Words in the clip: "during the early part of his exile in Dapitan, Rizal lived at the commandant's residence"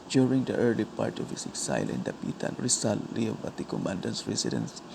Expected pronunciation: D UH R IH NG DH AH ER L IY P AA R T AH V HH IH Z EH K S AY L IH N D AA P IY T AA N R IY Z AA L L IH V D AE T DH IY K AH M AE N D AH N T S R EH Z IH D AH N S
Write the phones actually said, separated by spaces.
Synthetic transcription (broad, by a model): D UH R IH NG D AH ER L IY P AA R T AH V HH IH S EH K S AY L IH N D AA P IY T AA N R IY S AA L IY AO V AA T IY K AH M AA N D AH N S R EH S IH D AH N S